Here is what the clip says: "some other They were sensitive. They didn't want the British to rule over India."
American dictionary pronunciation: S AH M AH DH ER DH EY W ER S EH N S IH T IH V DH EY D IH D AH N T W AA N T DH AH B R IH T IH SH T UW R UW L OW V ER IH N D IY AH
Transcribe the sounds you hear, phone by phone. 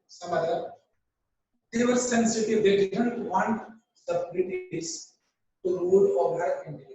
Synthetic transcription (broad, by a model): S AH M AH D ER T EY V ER S EH N S IH T IH V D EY D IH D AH N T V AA N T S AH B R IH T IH S T UW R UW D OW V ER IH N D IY